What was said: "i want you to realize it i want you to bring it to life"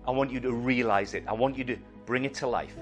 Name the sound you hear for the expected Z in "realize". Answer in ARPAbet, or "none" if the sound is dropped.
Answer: Z